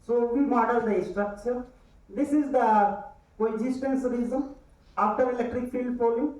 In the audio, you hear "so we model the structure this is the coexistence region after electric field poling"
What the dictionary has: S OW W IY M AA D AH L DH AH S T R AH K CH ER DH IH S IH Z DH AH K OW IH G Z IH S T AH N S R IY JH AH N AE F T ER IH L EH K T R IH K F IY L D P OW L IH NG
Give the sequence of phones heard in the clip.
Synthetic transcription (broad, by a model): S OW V IY M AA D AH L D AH S T R AH K CH ER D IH S IH Z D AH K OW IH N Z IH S T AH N S R IY Z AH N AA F T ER IH L EH K T R IH K F IY L D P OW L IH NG